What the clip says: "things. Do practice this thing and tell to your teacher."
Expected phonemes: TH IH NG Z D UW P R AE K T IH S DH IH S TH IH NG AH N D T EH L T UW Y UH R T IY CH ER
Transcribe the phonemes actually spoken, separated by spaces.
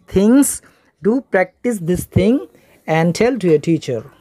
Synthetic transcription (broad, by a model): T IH NG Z D UW P R AE K T IH S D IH S T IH NG AH N D T EH L T UW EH T IY CH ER